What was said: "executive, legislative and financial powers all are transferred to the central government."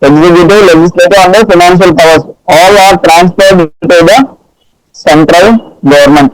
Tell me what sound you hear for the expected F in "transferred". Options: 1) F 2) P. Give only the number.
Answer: 2